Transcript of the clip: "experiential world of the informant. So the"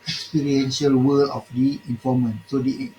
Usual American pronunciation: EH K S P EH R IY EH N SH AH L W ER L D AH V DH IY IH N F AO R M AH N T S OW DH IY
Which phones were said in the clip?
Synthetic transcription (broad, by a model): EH K S P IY R IY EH N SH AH L W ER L AH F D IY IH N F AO M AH N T S OW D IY